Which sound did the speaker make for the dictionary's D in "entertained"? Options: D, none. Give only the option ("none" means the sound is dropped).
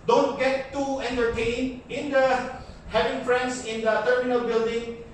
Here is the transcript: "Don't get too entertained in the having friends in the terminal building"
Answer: none